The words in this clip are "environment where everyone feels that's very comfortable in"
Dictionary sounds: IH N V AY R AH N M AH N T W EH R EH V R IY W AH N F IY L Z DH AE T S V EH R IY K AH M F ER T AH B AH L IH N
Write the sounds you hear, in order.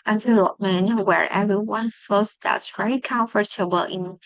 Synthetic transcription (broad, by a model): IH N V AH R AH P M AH N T W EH R EH V R IY W AH N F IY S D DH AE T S V EH R IY K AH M F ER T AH B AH L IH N